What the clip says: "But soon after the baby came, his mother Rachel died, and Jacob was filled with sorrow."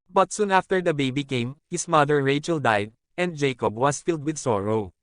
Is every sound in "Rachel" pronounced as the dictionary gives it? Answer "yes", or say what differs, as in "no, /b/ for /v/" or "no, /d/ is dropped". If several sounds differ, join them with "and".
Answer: yes